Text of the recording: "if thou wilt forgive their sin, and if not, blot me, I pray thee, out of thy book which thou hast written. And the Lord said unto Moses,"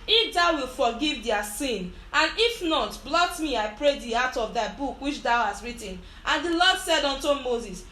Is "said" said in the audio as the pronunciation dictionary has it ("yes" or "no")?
yes